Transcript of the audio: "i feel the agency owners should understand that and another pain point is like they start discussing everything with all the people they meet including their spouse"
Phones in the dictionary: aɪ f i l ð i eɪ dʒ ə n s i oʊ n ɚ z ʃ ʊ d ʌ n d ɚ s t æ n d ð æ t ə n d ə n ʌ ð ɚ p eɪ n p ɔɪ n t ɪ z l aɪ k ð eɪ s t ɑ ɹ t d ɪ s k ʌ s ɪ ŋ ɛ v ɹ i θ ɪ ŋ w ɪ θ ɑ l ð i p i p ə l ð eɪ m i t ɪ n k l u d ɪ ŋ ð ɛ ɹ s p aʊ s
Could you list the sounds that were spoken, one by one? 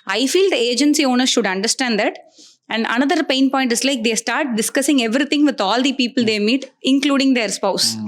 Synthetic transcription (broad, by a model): aɪ f i l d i eɪ dʒ ə n s i oʊ n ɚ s ʃ ʊ d ʌ n d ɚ s t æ n d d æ t ə n d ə n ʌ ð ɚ p eɪ n p ɔɪ n t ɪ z l aɪ k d eɪ s t ɑ ɹ t d ɪ s k ʌ s ɪ ŋ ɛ v ɹ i t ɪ ŋ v ɪ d ɑ l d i p i p ə l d eɪ m i t ɪ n k l u d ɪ ŋ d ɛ ɹ s p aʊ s